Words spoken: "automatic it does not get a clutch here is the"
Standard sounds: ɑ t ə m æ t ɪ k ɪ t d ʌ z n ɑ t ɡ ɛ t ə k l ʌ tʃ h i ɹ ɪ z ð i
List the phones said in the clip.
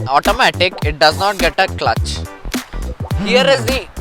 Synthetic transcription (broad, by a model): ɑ t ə m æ t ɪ k ɪ t d ʌ z n ɑ t ɡ ɛ t ə k l ʌ tʃ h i ɹ ɪ z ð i